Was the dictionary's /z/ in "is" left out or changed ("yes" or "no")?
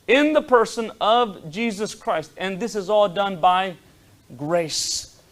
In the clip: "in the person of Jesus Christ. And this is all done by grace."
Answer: no